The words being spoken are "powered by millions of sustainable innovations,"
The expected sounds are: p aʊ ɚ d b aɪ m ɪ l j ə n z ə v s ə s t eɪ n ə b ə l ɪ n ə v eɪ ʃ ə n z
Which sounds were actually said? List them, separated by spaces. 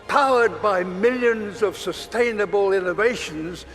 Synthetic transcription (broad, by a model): p aʊ ɚ d b aɪ m ɪ l j ə n z ə v s ə s t eɪ n ə b ə l ɪ n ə v eɪ ʃ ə n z